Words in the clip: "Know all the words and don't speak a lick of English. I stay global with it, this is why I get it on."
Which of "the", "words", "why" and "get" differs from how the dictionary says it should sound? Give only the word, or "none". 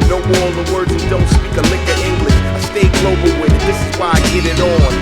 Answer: words